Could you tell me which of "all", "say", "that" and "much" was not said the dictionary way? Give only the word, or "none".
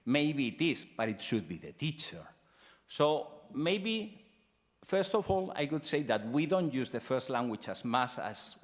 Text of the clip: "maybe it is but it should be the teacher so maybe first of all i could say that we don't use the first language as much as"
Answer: much